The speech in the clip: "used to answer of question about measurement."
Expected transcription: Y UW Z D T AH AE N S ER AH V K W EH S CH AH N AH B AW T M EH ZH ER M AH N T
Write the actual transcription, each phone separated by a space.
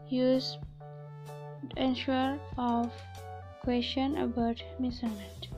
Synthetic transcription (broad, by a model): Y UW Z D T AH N SH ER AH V K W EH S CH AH N AH B AW T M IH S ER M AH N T